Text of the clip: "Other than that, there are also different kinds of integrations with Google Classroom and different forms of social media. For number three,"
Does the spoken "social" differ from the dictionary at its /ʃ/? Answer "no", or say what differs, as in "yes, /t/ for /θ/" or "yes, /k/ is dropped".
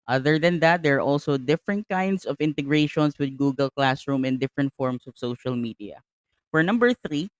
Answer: no